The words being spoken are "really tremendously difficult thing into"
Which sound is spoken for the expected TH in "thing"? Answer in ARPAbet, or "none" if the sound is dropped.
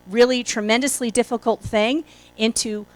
TH